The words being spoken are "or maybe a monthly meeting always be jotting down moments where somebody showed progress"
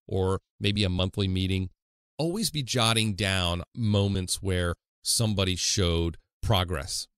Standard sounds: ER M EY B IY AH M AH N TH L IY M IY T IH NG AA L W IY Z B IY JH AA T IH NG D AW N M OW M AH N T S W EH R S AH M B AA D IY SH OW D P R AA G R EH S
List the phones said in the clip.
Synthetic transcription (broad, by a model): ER M EY B IY AH M AH N TH L IY M IY T IH NG AA L W IY Z B IY JH AA T IH NG D AW N M OW M AH N T S W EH R S AH M B AA D IY SH OW D P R AA G R EH S